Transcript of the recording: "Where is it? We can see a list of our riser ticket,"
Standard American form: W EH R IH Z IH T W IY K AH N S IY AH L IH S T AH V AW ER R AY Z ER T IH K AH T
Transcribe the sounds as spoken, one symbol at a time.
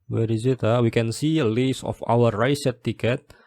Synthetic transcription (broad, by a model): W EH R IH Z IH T W IY K AH N S IY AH L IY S AH F AW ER R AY S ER T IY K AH T